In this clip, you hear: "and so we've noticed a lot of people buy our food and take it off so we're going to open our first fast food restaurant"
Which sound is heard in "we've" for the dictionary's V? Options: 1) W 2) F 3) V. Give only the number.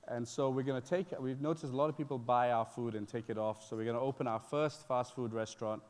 1